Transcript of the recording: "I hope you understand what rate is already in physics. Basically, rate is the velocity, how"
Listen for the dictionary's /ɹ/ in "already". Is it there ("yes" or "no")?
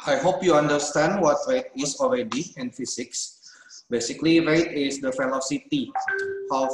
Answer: yes